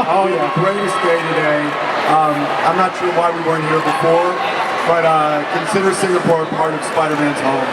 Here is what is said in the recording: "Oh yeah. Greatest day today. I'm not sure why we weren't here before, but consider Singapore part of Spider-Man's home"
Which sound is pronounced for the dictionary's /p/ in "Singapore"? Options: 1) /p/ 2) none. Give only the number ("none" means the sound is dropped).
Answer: 1